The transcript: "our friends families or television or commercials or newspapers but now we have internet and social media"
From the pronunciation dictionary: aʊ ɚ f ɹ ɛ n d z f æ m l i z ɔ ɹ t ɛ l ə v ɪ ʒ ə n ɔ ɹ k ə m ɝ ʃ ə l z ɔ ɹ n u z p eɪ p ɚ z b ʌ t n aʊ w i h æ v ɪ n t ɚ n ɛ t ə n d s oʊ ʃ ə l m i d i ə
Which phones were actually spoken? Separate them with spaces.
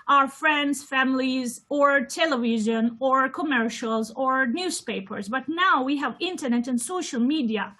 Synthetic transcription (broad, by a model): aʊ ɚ f ɹ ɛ n d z f æ m l i z ɔ ɹ t ɛ l ə v ɪ ʒ ə n ɔ ɹ k ə m ɝ ʃ ə l z ɔ ɹ n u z p eɪ p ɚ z b ʌ t n aʊ w i h æ v ɪ n t ɚ n ɛ t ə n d s oʊ ʃ ə l m i d i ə